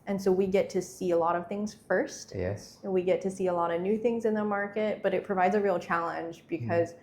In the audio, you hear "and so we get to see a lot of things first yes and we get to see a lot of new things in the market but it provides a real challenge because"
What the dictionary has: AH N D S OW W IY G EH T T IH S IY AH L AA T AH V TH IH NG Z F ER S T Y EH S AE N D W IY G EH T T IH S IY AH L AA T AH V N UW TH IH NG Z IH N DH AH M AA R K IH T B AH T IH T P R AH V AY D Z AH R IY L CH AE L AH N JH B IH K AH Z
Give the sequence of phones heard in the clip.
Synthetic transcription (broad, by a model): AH N S OW W IY G EH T T IH S IY AH L AA T AH V TH IH NG Z F ER S T Y EH S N W IY G EH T T IH S IY AH L AA T AH V N UW TH IH NG Z IH N DH AH M AA R K IH T B AH T IH T P R AH V AY D Z AH R IY L CH AE L AH N JH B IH K AH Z